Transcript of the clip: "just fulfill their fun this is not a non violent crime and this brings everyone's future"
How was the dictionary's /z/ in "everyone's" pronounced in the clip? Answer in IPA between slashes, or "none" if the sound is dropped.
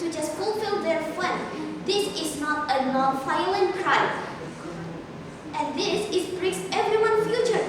none